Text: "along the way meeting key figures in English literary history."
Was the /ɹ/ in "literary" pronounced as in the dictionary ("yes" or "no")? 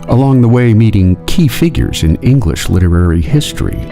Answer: yes